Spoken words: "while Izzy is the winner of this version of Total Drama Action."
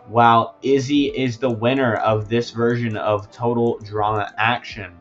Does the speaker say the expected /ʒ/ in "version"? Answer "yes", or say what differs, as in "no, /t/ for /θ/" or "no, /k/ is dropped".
yes